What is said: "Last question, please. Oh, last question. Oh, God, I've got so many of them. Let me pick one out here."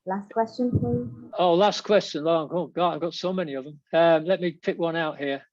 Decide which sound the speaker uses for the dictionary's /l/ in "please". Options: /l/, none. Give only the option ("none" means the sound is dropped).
none